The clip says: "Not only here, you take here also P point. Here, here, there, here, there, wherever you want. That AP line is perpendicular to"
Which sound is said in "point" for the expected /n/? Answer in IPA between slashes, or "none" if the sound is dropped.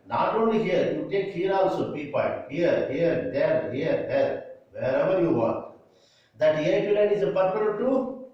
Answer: none